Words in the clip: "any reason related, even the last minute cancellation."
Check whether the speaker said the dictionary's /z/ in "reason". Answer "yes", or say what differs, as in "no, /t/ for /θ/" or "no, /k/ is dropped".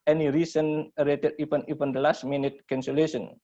no, /s/ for /z/